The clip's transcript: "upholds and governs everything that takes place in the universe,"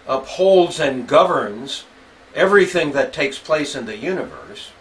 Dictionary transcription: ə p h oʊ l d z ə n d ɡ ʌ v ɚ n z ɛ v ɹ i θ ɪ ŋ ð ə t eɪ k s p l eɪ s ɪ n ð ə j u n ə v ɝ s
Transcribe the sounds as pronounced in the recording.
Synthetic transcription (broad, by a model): ə p h oʊ l d z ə n ɡ ʌ v ɚ n z ɛ v ɹ i θ ɪ ŋ ð ə t eɪ k s p l eɪ s ɪ n ð ə j u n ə v ɝ s